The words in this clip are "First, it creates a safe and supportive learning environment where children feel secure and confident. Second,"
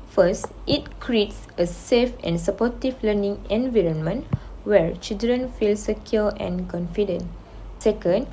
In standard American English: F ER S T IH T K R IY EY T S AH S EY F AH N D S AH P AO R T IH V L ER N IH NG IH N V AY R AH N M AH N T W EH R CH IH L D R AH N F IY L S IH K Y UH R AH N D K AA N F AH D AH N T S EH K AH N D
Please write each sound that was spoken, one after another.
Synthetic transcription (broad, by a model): F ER S T IH T K R IY EY T S AH S EY F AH N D S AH P AO T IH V L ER N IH NG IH N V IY R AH N M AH N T W EH R CH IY L D R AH N F IY L S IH K Y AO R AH N K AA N F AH D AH N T S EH K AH N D